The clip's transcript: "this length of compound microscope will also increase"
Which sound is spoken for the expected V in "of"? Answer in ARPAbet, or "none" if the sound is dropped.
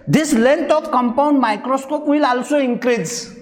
P